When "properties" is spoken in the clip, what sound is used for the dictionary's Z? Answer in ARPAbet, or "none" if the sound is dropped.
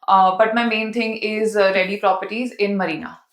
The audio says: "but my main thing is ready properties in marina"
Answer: Z